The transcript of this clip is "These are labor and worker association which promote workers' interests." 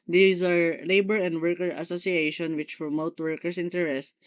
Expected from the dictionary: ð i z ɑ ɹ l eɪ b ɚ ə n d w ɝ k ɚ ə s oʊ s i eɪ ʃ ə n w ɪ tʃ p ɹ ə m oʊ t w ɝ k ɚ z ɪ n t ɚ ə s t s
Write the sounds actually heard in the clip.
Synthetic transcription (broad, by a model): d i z ɑ ɹ l eɪ b ɚ ə n d w ɝ k ɚ ə s oʊ s i eɪ ʃ ə n w ɪ tʃ p ɹ ə m oʊ t w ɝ k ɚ s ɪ n t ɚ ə s t